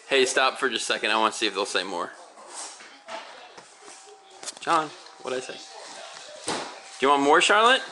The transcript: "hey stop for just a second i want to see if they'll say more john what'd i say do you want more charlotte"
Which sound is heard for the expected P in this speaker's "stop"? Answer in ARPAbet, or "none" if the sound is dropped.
P